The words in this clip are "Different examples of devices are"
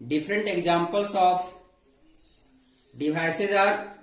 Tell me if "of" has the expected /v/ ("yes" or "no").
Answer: no